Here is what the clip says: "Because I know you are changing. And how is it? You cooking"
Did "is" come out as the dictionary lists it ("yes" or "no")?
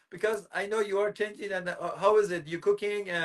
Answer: yes